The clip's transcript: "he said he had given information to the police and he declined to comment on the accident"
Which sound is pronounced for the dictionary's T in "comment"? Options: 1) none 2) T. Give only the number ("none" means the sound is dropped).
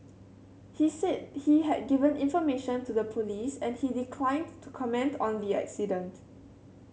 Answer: 2